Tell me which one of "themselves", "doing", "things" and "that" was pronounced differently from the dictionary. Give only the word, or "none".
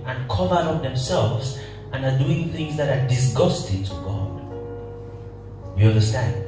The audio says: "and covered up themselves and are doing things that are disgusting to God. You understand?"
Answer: none